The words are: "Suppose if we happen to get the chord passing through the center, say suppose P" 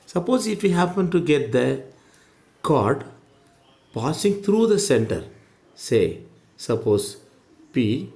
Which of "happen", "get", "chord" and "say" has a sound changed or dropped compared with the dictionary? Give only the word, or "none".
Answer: none